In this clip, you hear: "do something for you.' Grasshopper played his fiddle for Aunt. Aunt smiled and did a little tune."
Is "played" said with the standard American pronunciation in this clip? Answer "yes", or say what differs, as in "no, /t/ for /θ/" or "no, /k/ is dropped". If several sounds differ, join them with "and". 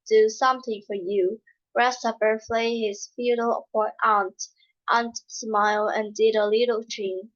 no, /f/ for /p/